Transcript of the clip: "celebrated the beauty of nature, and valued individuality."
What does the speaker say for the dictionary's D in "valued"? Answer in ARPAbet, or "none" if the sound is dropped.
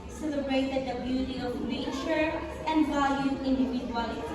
none